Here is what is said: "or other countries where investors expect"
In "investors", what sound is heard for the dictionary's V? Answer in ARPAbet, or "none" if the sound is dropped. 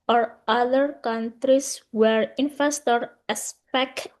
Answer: F